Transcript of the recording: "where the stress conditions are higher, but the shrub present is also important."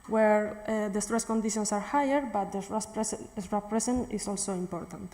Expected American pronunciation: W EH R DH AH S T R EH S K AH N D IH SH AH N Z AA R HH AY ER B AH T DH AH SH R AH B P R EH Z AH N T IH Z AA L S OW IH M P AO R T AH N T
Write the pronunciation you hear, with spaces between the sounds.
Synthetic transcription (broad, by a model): W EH R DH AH S T R EH S K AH N D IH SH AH N S AA R HH AY ER B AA T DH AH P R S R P R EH S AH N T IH S AA L S OW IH M P AO R T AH N T